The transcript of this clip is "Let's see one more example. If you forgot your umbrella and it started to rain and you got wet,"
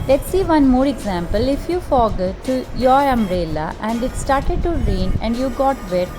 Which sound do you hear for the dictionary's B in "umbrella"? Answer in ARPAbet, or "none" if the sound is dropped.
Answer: none